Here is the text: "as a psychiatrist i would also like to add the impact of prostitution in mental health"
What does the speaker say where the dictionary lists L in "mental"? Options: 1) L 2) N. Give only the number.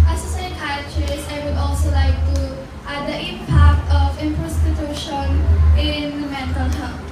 2